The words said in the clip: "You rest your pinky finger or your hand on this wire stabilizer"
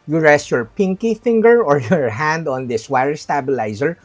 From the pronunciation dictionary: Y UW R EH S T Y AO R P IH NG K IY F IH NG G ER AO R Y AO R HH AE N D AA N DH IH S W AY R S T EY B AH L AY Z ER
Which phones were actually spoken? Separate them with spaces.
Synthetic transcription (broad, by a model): Y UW R EH S T Y AO R P IH NG K IY F IH NG G ER AO R Y AO R HH AE N D AA N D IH S W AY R S T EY B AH L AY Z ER